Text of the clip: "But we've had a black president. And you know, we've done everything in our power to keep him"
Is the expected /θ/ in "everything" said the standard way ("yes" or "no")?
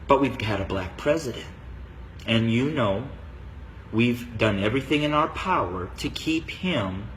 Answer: yes